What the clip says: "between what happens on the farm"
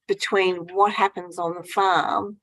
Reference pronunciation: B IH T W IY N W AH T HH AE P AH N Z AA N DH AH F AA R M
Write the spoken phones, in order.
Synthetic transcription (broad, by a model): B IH T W IY N W AH T HH AE P AH N Z N DH AH F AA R M